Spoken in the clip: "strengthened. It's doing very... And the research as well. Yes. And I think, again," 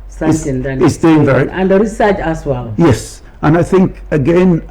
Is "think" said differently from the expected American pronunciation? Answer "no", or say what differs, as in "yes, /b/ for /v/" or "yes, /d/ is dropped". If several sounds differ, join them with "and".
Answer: no